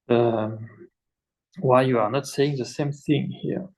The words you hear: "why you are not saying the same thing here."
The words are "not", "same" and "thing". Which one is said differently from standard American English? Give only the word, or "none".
none